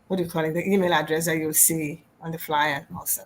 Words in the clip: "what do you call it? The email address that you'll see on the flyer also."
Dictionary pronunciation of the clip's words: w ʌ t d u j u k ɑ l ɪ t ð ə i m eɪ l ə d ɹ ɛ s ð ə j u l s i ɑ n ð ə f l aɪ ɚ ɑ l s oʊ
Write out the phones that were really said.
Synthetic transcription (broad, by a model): w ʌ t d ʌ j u k ɑ l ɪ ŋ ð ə i m eɪ l ə d ɹ ɛ s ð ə j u w s i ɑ n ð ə f l aɪ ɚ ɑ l s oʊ